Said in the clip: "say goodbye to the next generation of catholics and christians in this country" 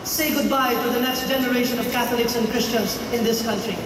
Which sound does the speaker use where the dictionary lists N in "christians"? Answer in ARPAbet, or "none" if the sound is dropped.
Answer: N